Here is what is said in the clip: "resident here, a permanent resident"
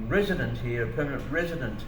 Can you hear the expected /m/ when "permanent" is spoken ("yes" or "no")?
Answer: yes